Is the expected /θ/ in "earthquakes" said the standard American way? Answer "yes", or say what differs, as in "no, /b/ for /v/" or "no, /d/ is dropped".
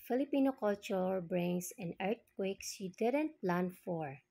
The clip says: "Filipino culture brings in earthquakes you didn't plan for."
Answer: no, /t/ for /θ/